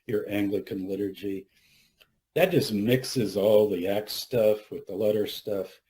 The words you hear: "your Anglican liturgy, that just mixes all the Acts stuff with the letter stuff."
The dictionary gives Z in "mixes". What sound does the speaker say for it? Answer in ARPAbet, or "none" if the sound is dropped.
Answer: Z